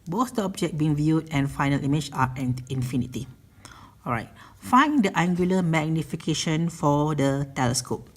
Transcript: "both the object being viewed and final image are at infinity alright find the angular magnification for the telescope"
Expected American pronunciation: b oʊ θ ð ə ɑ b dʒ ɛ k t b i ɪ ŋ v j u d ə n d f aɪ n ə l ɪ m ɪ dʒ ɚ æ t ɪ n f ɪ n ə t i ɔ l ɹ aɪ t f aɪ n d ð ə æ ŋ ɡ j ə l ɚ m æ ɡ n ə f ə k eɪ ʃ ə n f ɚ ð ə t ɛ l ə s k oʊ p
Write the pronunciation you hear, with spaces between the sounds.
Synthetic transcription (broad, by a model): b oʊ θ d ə ɑ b dʒ ɛ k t b i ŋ v j u d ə n f aɪ n ə l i m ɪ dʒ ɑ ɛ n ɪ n f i n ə t i ɔ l ɹ aɪ t f aɪ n d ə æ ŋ ɡ j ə l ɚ m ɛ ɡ n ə f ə k eɪ ʃ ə n f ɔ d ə t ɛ l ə s k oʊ p